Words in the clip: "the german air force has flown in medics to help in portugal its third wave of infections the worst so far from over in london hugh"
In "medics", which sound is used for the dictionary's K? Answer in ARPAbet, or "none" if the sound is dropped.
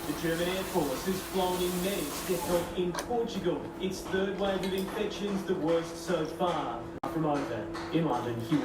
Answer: none